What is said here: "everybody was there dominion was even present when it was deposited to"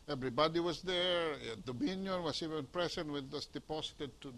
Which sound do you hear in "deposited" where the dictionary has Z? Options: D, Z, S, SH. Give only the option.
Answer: S